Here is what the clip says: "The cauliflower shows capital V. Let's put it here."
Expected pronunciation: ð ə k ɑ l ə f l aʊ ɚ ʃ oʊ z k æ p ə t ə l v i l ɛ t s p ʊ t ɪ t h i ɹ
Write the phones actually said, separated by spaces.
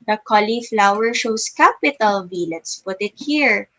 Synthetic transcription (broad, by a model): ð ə k ɑ l ə f l aʊ ɚ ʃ oʊ s k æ p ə t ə l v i l ɛ t s p ʊ t ɪ t h i ɹ